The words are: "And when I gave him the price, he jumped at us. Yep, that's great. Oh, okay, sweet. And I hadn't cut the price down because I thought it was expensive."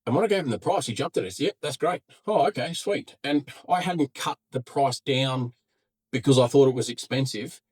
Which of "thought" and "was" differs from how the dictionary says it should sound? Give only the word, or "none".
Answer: none